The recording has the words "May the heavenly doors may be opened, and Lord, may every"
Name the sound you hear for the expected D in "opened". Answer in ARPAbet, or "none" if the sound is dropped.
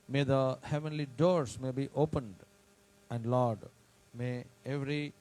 D